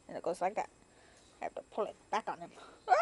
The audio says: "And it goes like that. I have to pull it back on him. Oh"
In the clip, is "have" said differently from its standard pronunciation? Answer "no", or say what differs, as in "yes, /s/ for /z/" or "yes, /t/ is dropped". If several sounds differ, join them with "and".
yes, /f/ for /v/